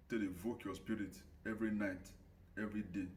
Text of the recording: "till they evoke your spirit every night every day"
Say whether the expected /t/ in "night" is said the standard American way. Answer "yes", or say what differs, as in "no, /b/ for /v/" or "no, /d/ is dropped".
yes